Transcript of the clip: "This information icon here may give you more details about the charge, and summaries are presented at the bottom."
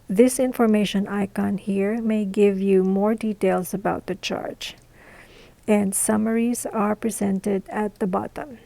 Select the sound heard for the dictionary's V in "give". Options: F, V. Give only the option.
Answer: V